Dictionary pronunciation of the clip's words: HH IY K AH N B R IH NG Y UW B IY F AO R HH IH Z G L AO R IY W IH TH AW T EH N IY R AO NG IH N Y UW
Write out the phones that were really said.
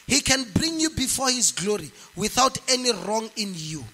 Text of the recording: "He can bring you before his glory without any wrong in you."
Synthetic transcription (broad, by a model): HH IY K AH N B R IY NG Y UW B IY F AO HH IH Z G L AO R IY W IH TH AW T EH N IY R AO NG IH N Y UW